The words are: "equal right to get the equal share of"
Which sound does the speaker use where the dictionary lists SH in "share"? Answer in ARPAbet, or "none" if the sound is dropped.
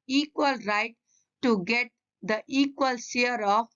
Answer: S